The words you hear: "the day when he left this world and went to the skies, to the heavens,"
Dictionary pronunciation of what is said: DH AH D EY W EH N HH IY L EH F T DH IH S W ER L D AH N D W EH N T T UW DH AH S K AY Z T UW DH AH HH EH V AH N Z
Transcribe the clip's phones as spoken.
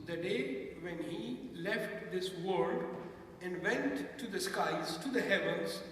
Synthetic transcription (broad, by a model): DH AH D EY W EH N HH IY L EH F T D IH S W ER D AH N D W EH N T T UW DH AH S K AY Z T UW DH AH HH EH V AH N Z